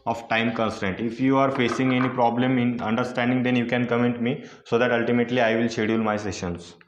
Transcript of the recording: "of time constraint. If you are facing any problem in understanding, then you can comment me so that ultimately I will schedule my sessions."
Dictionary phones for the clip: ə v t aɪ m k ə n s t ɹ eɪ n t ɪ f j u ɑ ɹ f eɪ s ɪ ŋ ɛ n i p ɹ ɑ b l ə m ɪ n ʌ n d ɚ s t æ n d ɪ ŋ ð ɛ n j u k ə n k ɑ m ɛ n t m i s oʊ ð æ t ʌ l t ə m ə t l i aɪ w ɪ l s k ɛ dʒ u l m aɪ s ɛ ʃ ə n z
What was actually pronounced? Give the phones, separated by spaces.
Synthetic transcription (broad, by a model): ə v t aɪ m k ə n s t eɪ n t ɪ f j u ɑ ɹ f eɪ s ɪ ŋ ɛ n i p ɹ ɑ b l ə m ɪ n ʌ n d ɚ s t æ n d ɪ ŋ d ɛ n j u k ə n k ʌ m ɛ n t m i s oʊ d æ t ʌ l t ə m ə t l i aɪ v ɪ l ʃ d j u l m aɪ s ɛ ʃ ə n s